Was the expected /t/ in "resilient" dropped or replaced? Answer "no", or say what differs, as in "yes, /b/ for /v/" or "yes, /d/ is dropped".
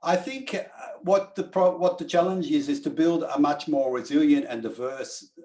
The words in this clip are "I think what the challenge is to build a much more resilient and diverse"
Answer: no